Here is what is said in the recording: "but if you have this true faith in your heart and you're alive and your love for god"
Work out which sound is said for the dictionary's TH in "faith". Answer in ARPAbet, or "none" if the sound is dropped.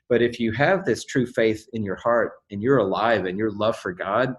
TH